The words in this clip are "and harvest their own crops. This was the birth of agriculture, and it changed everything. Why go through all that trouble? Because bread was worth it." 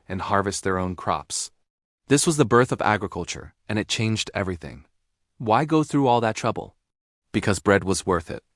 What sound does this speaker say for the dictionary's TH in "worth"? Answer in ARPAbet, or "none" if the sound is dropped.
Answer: TH